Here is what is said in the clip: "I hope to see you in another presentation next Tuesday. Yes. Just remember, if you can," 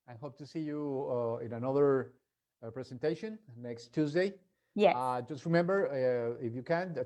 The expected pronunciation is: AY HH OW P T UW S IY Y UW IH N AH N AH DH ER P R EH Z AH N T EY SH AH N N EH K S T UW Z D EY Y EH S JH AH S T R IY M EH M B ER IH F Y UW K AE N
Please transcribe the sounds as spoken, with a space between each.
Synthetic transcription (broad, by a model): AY HH OW P T UW S IY Y UW IH N AH N AH DH ER P R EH S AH N T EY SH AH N N EH K S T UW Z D EY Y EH JH AH S T R IY M EH M B ER IH F Y UW K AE N